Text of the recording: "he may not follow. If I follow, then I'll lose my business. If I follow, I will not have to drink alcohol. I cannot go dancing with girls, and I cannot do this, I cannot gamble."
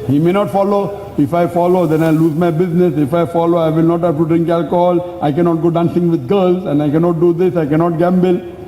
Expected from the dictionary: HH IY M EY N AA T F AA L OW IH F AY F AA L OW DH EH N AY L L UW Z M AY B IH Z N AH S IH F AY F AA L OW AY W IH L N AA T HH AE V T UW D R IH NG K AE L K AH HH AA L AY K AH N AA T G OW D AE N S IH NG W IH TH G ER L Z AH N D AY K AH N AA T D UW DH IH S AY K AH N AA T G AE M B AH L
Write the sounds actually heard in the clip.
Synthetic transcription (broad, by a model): HH IY M EY N AA T F AA L OW IH F AY F AA L OW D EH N AY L L UW Z M AY B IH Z N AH S IH F AY F AA L OW AY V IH L N AA T HH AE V T UW D R IH NG K AE L K AH HH AA L AY K AH N AA T G OW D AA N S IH NG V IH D G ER L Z AH N D AY K AH N AA T D UW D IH S AY K AH N AA T G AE M B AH L